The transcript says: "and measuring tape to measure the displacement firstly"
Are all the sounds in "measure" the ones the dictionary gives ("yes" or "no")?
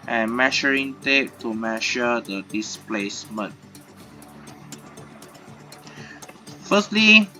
no